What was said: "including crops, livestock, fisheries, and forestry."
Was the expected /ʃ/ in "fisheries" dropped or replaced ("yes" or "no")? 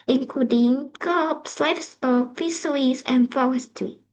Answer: yes